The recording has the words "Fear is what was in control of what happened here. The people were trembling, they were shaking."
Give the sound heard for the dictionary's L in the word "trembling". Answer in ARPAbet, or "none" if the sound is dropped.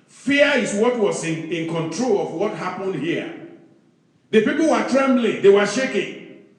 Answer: L